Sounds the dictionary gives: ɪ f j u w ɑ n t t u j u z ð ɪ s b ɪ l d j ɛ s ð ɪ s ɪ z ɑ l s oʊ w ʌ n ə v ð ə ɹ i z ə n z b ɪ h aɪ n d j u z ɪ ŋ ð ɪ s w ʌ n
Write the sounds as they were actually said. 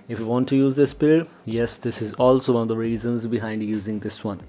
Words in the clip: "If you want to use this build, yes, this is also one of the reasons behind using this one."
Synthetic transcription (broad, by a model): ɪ f j u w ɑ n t t u j u z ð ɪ s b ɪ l j ɛ s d ɪ s ɪ z ɑ l s oʊ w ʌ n ə v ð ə ɹ i z ə n z b ɪ h aɪ n d j u z ɪ ŋ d ɪ s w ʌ n